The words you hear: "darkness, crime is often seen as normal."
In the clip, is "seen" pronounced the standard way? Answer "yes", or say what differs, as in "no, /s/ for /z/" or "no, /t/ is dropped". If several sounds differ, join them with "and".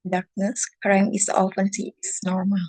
no, /n/ is dropped